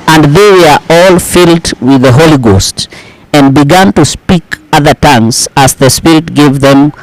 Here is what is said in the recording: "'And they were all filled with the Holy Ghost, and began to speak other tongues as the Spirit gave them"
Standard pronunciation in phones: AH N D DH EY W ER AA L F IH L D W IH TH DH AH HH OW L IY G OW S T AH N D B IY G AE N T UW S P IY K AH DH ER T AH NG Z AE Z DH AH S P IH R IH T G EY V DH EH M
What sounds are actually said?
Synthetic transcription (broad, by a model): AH N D DH EY W ER AA L F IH L D W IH DH AH HH OW L IY G OW S T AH N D B IY G AE N T UW S P IY K AH DH ER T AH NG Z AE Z DH AH S P IH R IH T G EY V DH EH M